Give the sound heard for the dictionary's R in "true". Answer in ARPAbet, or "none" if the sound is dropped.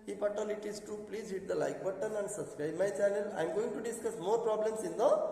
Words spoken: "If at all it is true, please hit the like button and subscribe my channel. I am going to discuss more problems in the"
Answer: none